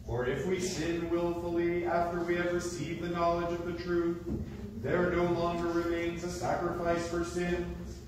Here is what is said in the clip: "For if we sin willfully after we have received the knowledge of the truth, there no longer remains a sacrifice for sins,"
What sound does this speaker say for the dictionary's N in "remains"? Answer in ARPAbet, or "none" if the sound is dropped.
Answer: N